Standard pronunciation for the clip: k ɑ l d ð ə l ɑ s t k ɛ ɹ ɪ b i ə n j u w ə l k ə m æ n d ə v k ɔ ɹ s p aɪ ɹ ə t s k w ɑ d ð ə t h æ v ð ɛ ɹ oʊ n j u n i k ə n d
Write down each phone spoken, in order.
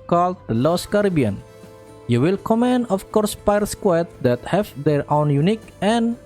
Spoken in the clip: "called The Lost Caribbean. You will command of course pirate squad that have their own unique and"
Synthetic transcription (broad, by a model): k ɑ l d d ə l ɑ s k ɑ ɹ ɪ b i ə n j u w ə l k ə m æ n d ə f k ɔ ɹ s p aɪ ə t s k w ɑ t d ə t h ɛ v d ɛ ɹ oʊ n j u n i k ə n